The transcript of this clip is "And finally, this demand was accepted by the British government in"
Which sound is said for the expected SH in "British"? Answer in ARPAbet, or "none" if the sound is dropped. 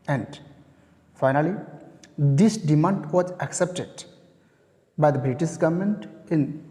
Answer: S